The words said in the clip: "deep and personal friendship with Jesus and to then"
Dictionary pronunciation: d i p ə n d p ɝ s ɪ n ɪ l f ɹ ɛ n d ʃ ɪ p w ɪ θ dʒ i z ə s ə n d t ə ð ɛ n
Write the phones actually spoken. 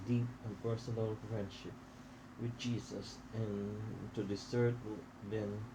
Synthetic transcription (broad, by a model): d i p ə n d p ɝ s ɪ n ɪ l f ɹ ɛ n d ʃ ɪ p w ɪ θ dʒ i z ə s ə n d s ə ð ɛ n